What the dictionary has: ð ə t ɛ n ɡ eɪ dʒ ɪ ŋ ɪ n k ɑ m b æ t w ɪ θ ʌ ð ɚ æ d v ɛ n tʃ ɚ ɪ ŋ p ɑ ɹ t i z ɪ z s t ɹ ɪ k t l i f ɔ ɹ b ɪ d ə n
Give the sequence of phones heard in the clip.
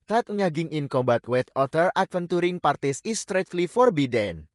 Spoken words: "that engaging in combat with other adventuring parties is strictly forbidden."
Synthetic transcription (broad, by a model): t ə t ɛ ɡ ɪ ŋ ɪ n k ɑ m b æ t w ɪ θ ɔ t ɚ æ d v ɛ n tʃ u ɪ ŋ p ɑ ɹ t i s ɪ s t ɹ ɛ t l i f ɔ ɹ b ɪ d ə n